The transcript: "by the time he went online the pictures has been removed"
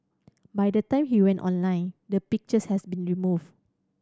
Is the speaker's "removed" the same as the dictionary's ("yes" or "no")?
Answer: no